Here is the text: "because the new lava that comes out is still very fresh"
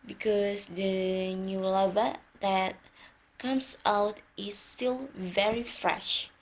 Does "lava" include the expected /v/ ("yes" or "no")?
yes